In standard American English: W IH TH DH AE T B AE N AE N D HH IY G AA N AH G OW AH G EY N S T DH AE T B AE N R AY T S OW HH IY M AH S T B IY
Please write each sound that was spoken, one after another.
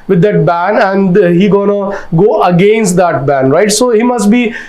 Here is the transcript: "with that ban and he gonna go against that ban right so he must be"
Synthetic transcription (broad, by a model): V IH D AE T B AE N AE N D HH IY G AA N AH G OW AH G EY N S T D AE T B AE N R AY T S OW HH IY M AH S T B IY